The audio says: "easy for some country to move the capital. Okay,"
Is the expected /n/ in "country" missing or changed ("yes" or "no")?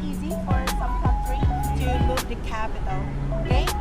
yes